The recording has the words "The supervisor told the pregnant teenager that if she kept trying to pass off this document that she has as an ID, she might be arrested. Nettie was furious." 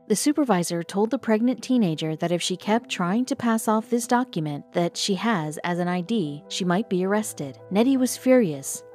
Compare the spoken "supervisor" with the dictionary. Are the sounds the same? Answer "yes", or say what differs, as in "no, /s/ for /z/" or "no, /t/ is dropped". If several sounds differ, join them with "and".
yes